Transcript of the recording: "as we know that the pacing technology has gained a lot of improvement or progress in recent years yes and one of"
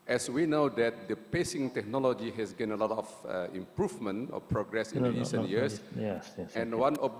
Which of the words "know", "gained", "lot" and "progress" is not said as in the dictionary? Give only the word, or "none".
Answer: gained